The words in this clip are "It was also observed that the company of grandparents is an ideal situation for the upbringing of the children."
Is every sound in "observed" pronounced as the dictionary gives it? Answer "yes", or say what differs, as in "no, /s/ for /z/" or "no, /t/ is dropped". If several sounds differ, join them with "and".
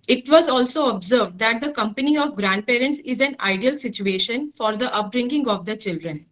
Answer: yes